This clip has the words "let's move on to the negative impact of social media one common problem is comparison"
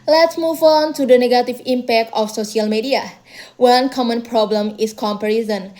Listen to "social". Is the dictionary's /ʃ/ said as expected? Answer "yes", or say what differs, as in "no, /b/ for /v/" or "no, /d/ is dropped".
no, /s/ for /ʃ/